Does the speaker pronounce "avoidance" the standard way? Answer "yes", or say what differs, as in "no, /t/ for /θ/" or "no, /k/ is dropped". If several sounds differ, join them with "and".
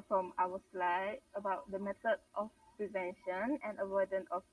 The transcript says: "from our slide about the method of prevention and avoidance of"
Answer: no, /s/ is dropped